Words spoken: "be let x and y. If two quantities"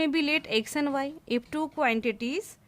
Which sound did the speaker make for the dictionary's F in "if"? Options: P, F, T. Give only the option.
P